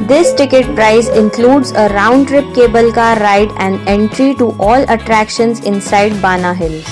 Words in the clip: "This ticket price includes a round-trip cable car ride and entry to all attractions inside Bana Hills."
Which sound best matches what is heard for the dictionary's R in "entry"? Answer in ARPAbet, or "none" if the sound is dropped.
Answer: R